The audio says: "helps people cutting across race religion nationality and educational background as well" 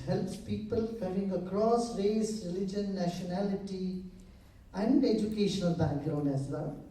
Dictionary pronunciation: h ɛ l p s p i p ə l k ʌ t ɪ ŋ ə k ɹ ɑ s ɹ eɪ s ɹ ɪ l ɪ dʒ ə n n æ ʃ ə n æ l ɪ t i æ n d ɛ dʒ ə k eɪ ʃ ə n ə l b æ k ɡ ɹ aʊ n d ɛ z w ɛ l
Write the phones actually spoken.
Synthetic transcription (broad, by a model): h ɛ l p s p i p ə l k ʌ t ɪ ŋ ə k ɹ ɑ s ɹ eɪ s ɹ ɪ l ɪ dʒ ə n n æ ʃ ə n æ l ɪ t i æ n d ɛ dʒ ə k eɪ ʃ ə n ə l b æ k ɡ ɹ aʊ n ɛ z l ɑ